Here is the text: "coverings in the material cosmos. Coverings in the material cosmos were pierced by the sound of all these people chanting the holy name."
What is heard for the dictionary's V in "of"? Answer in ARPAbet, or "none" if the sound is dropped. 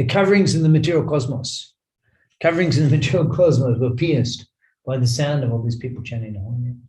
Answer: V